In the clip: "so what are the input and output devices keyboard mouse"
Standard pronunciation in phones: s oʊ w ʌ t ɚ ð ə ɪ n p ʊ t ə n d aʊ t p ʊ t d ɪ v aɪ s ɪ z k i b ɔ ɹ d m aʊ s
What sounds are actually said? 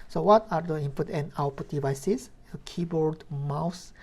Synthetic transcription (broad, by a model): s oʊ w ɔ t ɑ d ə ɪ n p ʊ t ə n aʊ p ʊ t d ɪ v aɪ s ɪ s k i b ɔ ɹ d m aʊ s